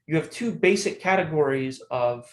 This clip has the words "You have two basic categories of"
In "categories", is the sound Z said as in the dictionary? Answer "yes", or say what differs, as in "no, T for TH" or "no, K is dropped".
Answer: yes